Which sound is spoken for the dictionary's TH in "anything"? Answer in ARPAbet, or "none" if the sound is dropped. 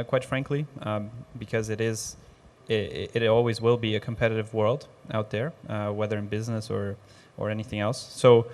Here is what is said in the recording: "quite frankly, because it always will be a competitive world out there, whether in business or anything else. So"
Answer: TH